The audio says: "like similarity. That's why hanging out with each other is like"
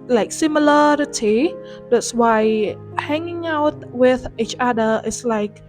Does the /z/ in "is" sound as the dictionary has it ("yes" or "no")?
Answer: no